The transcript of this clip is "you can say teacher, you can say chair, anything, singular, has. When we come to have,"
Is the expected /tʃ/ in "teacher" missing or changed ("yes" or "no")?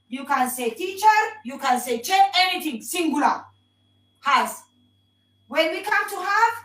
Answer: no